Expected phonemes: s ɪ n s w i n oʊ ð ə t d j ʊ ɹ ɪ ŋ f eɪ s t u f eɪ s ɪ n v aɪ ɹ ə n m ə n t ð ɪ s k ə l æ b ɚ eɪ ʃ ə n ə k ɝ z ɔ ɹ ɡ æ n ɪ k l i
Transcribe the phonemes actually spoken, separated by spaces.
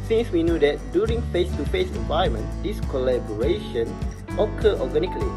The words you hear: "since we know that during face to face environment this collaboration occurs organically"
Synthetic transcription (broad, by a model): s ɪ n s w i n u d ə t d j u ɹ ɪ ŋ f eɪ s t u f eɪ s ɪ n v aɪ ə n m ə n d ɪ s k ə l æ b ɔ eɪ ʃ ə n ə k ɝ ɔ ɡ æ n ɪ k l i